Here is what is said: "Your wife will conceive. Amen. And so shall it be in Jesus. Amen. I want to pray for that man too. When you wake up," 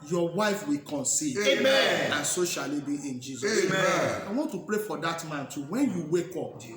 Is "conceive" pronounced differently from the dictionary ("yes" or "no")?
yes